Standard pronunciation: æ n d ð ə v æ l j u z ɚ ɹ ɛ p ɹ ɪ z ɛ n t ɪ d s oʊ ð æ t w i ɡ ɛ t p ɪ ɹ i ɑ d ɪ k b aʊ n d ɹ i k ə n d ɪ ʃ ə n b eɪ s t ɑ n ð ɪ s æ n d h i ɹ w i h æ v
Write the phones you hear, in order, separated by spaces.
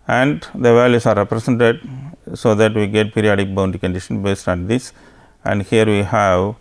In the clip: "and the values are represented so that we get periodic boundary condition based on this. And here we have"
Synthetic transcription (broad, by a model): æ n d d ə v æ l j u s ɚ ɹ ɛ p ɹ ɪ s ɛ n t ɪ d s oʊ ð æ t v i ɡ ɛ t p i ɹ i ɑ d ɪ k b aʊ n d i k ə n d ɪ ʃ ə n b eɪ s t ɑ n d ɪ s æ n d h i ɹ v i h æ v